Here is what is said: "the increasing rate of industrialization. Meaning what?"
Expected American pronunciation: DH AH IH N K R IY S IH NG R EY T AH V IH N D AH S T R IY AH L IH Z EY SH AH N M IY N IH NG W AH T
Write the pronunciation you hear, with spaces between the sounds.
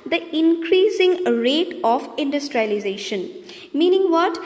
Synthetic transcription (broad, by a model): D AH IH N K R IY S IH NG R EY T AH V IH N D AH S T R IY AH L IH Z EY SH AH N M IY N IH NG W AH T